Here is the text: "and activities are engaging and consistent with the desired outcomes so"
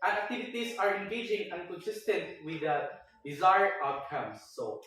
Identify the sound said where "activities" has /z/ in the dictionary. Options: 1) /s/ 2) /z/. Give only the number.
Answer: 1